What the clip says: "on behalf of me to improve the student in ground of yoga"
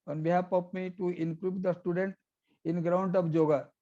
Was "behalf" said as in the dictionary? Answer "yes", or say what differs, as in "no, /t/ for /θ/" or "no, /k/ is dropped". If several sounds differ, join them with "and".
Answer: no, /p/ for /f/